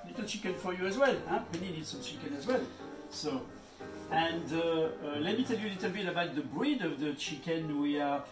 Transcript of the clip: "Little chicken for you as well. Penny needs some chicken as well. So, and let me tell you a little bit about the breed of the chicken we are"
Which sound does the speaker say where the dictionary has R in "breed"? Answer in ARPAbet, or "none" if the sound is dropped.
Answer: R